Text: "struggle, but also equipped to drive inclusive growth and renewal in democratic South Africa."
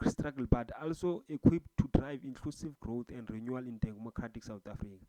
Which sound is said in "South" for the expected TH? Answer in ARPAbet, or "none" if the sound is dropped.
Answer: T